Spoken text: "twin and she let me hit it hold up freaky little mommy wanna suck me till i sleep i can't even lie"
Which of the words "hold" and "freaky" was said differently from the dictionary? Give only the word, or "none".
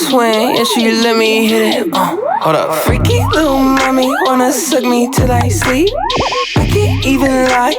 hold